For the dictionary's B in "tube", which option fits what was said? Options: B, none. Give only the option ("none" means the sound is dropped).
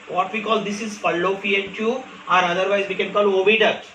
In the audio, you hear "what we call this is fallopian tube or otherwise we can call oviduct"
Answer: none